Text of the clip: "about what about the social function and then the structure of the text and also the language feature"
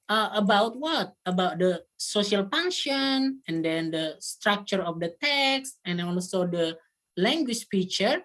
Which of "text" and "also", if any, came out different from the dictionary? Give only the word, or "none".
also